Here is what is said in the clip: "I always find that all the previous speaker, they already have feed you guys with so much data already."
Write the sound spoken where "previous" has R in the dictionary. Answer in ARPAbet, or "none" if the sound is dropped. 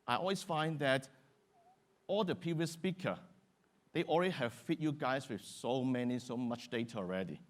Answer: none